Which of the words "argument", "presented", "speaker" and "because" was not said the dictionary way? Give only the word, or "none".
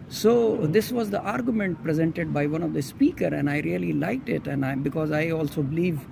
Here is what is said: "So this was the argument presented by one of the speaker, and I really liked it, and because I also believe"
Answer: none